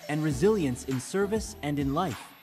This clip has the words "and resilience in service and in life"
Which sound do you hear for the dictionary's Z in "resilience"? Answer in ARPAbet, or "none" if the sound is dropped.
Z